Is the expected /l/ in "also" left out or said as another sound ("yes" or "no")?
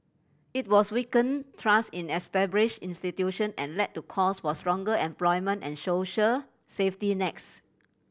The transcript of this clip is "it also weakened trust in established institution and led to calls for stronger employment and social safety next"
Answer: yes